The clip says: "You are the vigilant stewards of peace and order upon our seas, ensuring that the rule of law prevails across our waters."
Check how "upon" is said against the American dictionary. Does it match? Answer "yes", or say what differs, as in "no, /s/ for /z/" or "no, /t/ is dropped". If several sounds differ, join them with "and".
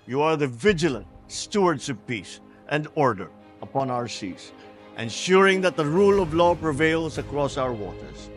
yes